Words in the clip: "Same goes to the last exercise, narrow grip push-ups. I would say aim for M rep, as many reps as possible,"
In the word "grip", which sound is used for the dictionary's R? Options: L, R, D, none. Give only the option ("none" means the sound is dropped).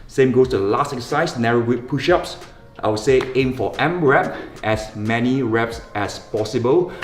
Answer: none